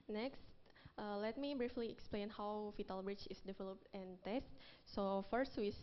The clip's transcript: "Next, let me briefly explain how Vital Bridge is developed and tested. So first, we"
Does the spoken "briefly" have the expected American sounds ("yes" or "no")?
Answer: yes